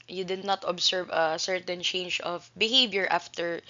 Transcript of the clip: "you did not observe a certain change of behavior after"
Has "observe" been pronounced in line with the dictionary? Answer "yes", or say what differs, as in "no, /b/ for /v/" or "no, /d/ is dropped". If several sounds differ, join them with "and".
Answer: no, /s/ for /z/